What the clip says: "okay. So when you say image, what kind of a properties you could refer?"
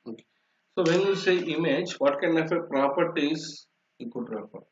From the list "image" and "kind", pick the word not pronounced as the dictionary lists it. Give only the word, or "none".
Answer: kind